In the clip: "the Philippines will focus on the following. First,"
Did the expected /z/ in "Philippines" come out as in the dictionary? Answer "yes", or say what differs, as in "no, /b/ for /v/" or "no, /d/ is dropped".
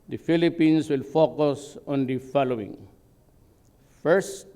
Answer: no, /s/ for /z/